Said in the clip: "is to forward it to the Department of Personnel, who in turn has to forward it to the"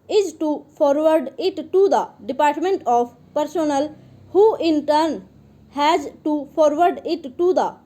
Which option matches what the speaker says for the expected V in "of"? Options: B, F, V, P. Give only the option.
P